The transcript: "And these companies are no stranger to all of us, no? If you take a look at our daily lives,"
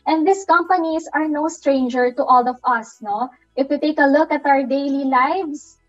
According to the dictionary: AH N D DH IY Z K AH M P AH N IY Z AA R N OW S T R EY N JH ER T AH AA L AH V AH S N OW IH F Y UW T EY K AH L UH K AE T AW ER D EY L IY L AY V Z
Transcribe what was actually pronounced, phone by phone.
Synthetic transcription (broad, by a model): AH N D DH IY S K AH M P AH N IY S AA R N OW S T R EY N JH ER T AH AA L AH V AH S N OW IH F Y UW T EY K AH L UH K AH T AW ER D EY L IY L AY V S